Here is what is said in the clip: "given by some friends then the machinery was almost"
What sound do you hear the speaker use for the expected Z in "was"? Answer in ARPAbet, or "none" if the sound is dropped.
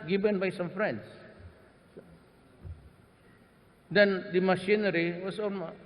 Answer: S